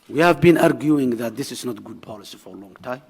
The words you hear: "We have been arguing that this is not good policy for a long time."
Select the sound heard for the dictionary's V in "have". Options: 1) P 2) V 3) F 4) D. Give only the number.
2